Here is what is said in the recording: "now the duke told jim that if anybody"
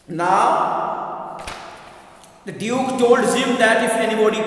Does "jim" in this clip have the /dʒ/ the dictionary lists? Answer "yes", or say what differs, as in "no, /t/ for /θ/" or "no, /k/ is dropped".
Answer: no, /z/ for /dʒ/